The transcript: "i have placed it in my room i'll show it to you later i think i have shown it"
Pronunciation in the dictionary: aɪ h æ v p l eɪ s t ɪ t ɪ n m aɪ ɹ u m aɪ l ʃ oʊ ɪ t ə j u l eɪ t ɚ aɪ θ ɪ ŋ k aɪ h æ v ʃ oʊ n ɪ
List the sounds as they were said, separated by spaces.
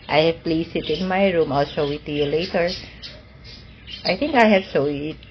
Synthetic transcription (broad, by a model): aɪ h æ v p l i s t ɪ t ɪ n m aɪ ɹ u m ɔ l s oʊ ɪ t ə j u l eɪ t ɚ aɪ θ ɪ ŋ k aɪ h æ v s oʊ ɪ